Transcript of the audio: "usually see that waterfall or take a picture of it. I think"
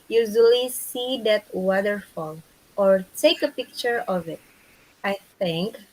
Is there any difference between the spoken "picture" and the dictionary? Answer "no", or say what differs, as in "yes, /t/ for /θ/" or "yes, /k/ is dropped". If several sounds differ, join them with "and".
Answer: no